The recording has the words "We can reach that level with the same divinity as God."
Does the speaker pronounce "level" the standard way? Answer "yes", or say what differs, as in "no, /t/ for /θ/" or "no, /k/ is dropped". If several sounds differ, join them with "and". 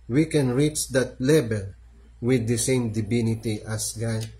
no, /b/ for /v/